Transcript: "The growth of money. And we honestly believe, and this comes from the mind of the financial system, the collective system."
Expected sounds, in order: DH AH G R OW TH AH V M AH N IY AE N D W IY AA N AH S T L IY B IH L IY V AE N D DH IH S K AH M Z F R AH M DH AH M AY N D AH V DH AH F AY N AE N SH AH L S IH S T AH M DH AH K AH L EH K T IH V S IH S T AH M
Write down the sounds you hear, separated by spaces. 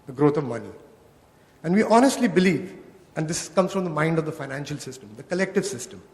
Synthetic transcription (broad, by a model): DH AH G R OW T AH V M AH N IY AE N D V IY AA N AH S T L IY B IH L IY V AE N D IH S K AH M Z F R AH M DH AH M AY N D AH V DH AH F AY N AE N SH AH L S IH S T AH M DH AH K AH L EH K T IH V S IH S T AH M